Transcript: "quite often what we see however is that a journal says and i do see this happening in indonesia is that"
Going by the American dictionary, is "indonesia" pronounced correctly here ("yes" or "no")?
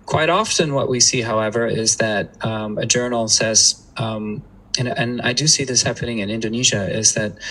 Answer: yes